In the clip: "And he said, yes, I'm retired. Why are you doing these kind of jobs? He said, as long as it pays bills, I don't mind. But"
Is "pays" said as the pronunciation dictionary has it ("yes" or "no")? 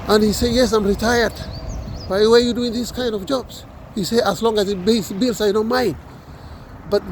no